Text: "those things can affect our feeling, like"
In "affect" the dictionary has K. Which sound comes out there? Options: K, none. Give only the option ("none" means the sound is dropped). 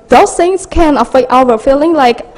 none